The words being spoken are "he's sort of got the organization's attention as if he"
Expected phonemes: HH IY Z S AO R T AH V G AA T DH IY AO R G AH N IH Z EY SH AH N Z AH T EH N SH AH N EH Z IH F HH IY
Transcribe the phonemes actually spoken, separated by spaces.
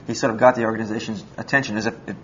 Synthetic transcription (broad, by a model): HH IY S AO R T AH V G AA T DH IY AO R G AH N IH Z EY SH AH N Z AH T EH N SH AH N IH Z IH F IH